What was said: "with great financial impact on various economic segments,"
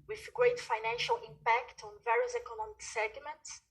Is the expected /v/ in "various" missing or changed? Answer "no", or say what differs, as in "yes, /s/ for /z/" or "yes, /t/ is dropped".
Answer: no